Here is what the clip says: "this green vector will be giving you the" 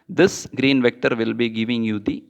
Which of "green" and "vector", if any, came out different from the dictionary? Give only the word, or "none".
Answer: none